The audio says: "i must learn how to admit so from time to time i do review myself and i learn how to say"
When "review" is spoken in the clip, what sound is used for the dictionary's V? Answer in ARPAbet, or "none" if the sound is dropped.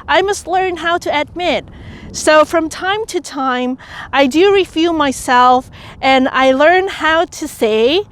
F